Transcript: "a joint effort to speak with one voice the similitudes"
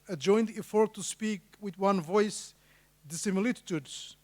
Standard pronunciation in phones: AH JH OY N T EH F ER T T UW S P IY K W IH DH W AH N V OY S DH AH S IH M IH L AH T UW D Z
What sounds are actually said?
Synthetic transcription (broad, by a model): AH JH OY N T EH F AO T T UW S P IY K W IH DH W AH N V OY S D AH S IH M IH L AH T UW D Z